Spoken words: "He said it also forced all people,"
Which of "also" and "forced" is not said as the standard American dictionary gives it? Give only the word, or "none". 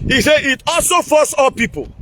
forced